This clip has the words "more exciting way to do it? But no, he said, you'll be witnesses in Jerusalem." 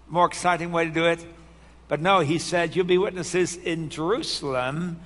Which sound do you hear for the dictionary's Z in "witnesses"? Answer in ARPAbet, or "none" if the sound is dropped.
Z